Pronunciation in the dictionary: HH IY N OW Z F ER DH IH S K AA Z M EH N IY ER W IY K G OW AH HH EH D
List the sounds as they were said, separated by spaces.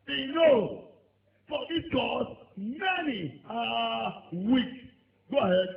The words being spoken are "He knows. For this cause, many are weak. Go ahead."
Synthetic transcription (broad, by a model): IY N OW F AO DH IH K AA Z M EH N IY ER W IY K G OW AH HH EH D